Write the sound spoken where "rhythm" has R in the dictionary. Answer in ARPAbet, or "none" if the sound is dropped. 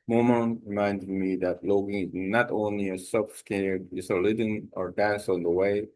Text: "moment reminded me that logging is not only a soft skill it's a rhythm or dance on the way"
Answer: L